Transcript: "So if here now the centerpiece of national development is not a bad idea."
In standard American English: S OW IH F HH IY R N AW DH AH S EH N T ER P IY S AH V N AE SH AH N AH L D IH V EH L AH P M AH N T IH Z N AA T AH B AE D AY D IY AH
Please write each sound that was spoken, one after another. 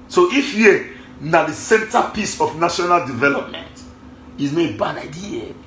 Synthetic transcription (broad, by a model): S OW IH F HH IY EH N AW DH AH S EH N T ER P IY S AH F N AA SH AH N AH L D IH V EH L AH P M AH N T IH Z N AH B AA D AY D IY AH